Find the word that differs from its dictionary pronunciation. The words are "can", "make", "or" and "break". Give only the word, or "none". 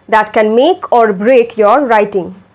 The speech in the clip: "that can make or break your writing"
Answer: none